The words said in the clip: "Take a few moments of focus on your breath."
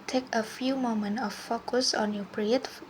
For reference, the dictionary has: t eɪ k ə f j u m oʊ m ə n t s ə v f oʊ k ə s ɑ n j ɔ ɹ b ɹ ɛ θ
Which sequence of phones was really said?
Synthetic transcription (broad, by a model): t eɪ k ə f j u m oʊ m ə n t ə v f oʊ k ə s ɑ n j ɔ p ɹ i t